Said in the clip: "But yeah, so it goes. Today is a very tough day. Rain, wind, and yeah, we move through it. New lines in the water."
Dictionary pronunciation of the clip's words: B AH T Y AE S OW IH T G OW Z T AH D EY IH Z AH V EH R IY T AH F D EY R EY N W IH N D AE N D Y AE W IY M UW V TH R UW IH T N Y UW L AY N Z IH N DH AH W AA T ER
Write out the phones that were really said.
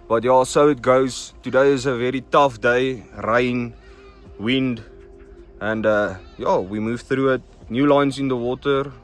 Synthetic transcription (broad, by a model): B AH T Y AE S OW IH T G OW Z T AH D EY IH Z AH V EH R IY T AH F D EY R EY N W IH N D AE N D Y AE W IY M UW V TH R UW IH T N Y UW L AY N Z IH N DH AH W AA T ER